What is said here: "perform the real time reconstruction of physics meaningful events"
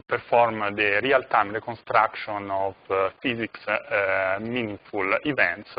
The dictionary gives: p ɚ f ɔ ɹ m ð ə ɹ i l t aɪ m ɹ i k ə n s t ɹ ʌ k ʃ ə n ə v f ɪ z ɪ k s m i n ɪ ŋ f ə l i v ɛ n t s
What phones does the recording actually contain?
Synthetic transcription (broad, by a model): p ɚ f ɔ ɹ m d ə ɹ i l t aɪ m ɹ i k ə n s t ɹ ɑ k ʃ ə n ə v f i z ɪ k s m i n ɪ f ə l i v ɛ n t s